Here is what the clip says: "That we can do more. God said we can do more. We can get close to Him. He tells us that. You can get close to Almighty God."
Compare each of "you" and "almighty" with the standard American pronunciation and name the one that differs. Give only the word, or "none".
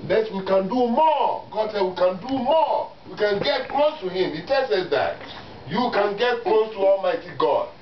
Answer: none